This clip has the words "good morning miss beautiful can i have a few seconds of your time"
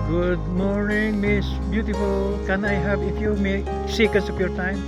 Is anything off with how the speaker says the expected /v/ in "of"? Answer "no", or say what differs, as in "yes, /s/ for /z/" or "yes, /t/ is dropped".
yes, /p/ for /v/